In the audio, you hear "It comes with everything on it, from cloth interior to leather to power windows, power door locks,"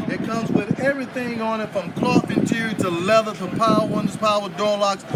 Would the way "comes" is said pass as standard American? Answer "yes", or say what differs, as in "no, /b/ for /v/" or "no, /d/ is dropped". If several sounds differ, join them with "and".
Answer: yes